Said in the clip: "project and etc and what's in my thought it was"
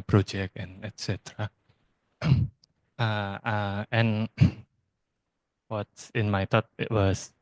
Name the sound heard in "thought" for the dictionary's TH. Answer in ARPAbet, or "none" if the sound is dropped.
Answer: T